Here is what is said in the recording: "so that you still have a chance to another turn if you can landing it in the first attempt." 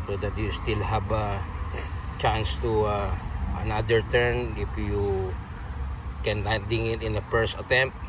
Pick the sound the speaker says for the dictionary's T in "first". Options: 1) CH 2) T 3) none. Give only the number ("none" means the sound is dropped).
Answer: 3